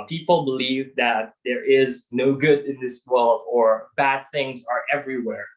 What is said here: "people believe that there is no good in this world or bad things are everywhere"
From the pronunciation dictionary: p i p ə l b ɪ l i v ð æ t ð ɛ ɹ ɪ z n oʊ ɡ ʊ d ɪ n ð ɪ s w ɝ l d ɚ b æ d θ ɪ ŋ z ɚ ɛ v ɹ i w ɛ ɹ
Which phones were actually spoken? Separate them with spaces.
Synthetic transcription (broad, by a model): p i p l b ɪ l i v ð æ t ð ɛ ɹ ɪ z n oʊ ɡ ʊ d ɪ n ð ɪ s w ɝ l d ɚ b æ d θ ɪ ŋ z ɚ ɛ v ɹ i w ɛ ɹ